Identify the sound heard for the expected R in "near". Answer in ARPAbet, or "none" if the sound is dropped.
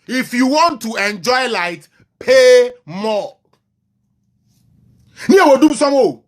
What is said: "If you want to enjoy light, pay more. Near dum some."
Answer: W